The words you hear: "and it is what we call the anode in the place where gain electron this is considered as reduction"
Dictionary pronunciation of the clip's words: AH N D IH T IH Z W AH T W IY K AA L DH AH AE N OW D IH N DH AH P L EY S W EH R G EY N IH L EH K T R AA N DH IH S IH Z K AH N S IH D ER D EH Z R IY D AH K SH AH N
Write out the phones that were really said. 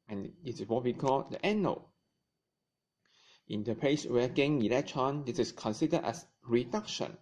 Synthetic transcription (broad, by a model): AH N IH T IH S W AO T W IY K AA L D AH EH N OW IH N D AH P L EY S W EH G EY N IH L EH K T AA N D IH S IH S K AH N S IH D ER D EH S R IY D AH K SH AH N